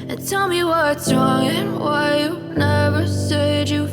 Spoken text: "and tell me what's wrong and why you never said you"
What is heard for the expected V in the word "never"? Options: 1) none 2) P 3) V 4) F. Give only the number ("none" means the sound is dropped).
3